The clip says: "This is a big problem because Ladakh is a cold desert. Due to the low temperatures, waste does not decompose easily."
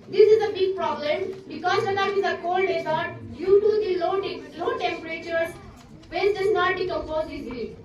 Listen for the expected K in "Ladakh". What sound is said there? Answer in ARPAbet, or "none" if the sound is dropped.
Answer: none